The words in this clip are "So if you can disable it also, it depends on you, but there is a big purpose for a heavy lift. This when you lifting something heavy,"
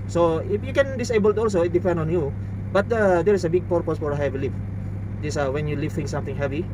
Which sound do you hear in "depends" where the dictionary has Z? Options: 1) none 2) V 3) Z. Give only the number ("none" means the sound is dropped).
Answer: 1